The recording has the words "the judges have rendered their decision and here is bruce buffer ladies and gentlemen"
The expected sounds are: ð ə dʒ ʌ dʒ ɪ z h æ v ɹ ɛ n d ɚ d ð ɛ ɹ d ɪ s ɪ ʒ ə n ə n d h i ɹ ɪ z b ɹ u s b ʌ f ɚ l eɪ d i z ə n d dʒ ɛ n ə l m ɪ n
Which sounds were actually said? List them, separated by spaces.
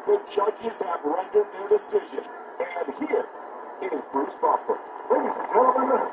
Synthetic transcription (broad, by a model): ð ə dʒ ʌ dʒ ɪ z h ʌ v ɹ ɛ n d ɚ d ð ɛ ɹ d ɪ s ɪ ʒ ə n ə n h i ɹ ɪ z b ɹ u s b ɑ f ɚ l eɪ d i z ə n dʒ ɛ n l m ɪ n